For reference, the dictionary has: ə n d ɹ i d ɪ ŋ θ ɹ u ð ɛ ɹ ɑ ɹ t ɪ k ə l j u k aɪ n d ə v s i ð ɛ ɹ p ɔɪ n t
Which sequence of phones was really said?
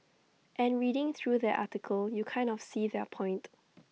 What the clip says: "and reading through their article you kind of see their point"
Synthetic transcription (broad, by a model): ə n ɹ i d ɪ ŋ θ ɹ u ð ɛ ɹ ɑ t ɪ k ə l j u k aɪ n d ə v s i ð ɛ p ɔɪ n t